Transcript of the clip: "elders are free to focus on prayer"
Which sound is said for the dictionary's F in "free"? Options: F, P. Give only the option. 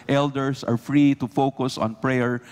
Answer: F